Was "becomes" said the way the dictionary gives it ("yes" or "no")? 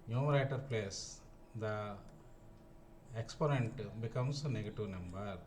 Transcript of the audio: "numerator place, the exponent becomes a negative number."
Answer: no